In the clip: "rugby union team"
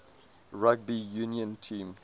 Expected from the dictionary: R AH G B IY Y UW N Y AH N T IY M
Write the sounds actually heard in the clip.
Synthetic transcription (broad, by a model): R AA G B IY Y UW N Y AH N T IY M